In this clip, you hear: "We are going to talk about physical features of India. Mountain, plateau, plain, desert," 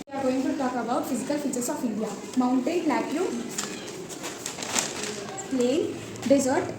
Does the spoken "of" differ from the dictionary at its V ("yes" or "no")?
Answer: yes